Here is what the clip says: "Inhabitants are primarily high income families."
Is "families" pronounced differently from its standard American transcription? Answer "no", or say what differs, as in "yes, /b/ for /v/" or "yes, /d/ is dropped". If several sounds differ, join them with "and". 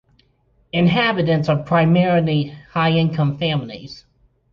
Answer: no